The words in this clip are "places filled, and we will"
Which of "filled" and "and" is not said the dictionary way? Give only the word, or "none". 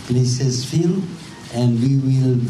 filled